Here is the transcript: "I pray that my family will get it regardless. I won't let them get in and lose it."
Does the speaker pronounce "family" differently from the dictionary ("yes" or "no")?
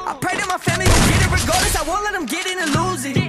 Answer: no